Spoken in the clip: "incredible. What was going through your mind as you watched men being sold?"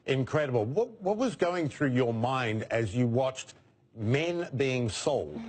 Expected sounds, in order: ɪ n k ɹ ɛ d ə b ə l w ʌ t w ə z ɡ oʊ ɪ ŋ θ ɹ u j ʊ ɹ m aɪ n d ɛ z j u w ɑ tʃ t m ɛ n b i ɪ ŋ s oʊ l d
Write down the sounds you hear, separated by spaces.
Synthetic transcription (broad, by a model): ɪ n k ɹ ɛ d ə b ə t w ʌ t w ə z ɡ oʊ ɪ ŋ θ ɹ u j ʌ ɹ m aɪ n d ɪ z j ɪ w ɑ tʃ t m ɛ n b i ɪ ŋ s oʊ l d